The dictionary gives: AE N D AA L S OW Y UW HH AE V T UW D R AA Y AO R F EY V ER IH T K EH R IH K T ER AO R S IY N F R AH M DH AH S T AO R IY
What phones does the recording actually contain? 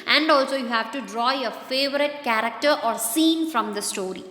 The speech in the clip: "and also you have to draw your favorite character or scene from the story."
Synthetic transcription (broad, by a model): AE N D AA L S OW Y UW HH AE V T UW D R AA Y AO R F EY V ER IH T K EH R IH K T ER AO R S IY N F R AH M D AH S T AO R IY